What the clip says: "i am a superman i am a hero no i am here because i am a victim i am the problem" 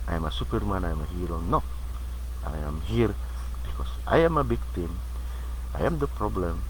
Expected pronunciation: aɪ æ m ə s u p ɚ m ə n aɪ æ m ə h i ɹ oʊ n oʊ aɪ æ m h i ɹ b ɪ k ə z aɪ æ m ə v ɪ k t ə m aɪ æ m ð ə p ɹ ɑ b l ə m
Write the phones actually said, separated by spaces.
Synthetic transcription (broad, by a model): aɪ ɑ m ə s u p ɚ m ə n aɪ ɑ m ə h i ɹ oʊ n oʊ aɪ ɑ m h i ɹ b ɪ k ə s aɪ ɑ m ə b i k t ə m aɪ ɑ m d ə p ɹ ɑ b l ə m